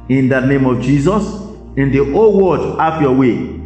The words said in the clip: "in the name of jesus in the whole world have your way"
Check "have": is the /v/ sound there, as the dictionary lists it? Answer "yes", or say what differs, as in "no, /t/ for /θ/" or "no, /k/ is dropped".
no, /f/ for /v/